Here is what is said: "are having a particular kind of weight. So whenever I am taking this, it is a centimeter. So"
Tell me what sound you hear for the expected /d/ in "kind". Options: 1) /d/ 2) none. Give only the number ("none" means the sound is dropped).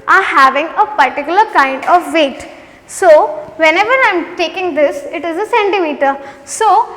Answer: 1